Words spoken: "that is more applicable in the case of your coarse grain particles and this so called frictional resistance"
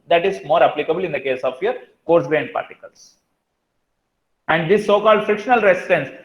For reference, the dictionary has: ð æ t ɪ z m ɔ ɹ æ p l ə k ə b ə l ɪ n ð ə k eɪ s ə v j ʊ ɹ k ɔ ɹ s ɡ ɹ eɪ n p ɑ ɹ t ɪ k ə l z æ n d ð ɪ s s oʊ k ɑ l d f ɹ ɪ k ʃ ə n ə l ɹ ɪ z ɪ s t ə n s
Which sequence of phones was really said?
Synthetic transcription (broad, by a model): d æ t ɪ z m ɔ ɹ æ p l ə k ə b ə l ɪ n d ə k eɪ s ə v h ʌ ɹ k ɔ ɹ s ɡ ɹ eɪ n p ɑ ɹ t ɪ k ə l s æ n d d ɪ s s oʊ k ɑ l d f ɪ k ʃ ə n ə l ɹ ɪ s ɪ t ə n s